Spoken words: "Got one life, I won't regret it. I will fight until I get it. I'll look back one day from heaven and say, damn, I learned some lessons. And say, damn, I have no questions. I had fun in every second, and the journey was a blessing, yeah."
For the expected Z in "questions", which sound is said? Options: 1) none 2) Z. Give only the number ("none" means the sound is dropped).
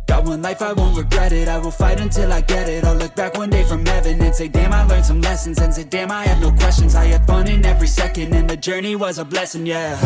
2